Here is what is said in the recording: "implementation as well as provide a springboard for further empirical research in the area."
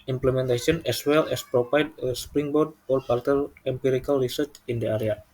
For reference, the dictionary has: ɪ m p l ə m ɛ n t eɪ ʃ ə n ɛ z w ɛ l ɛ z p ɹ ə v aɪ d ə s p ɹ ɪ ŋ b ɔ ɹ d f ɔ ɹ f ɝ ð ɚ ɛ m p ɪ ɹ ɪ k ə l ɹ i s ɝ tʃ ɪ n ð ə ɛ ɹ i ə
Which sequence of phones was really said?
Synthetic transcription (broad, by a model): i m p l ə m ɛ n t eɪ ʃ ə n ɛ s w ɛ l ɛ s p ɹ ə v aɪ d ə s p ɹ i ŋ b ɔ ɹ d p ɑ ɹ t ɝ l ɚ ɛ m p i ɹ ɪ k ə l ɹ i s ɝ tʃ ɪ n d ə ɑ ɹ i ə